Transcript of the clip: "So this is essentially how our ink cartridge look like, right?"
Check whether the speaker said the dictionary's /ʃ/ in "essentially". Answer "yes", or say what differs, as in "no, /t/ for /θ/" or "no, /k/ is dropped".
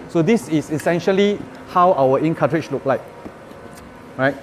yes